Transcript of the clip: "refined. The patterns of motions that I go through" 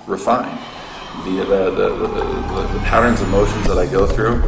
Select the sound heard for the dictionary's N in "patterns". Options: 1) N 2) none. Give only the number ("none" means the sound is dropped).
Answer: 1